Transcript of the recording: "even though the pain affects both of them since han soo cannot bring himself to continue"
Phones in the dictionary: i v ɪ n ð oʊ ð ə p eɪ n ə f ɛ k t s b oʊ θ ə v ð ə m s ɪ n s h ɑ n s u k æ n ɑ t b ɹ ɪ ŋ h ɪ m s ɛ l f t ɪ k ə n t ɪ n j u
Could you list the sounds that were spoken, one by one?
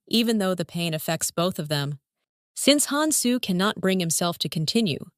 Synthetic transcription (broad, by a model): i v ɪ n ð oʊ ð ə p eɪ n ə f ɛ k t s b oʊ θ ə v ð ə m s ɪ n s h ɑ n s u k æ n ɑ t b ɹ ɪ ŋ h ɪ m s ɛ l f t ɪ k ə n t ɪ n j u